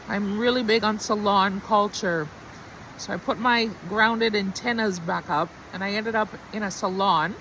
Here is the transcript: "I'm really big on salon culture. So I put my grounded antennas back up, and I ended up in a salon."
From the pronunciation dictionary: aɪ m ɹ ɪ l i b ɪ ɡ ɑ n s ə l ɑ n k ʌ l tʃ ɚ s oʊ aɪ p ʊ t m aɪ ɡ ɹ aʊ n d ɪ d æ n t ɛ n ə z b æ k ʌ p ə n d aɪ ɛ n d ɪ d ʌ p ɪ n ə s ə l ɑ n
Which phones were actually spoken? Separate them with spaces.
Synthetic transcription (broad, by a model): aɪ m ɹ ɪ l i b ɪ ɡ n s ə l ɑ n k ʌ l tʃ ɚ s oʊ aɪ p ʊ t m aɪ ɡ ɹ aʊ n d ɪ d æ n t ɛ n ə z b æ k ʌ p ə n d aɪ ɛ n d ɪ d ʌ p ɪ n ə s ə l ɑ n